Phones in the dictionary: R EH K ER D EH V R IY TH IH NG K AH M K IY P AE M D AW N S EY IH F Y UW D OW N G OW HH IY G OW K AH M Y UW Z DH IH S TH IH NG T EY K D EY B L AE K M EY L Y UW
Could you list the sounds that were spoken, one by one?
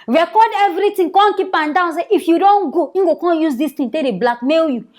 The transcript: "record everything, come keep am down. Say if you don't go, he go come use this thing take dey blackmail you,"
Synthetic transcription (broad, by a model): R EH K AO D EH V R IY T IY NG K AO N K IY P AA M D AW N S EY IH F Y UW D OW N G OW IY G OW K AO Y UW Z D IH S T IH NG T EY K D EY B L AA K M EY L Y UW